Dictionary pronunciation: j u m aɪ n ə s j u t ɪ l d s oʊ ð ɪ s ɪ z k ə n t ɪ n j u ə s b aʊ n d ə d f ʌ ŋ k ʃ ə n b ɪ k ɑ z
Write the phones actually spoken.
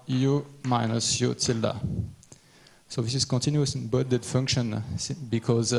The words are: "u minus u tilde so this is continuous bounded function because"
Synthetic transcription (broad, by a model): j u m aɪ n ə s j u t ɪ l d s oʊ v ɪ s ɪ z k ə n t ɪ n j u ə s b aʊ d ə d f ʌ ŋ k ʃ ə n b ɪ k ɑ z